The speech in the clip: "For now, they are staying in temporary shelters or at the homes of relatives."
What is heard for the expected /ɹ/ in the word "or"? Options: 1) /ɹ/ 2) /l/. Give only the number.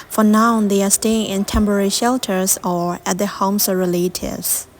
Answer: 1